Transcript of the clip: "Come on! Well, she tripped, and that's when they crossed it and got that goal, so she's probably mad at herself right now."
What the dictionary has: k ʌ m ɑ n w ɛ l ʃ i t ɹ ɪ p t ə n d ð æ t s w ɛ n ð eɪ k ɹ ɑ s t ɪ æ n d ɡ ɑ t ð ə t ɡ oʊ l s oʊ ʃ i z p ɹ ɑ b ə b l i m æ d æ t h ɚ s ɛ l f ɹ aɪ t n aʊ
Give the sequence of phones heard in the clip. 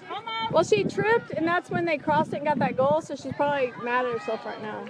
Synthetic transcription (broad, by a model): w ɛ l ʃ i t ɹ ɪ p t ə n ð æ t s w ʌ n ð eɪ k ɹ ɑ s t ɪ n ɡ ɑ t ð ə t ɡ oʊ l s oʊ ʃ i z p ɹ ɑ b ə b l i m æ d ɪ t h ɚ s ɛ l f ɹ aɪ t n aʊ